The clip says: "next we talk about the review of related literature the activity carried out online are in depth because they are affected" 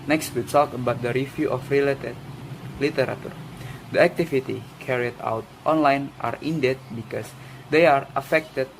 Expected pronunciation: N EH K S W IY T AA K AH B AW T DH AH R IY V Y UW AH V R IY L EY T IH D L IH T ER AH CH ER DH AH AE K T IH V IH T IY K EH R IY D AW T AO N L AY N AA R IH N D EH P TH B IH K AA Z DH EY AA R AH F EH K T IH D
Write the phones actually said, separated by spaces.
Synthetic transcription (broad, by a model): N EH K S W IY S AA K AH B AW T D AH R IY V Y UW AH F R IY L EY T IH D L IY T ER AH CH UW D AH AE K T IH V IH T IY K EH R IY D AW T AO N L AY N AA R IH N D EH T B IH K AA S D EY AA R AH F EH K T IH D